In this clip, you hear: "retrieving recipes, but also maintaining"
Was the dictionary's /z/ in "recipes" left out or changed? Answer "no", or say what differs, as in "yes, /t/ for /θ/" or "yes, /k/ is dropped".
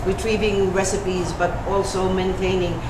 no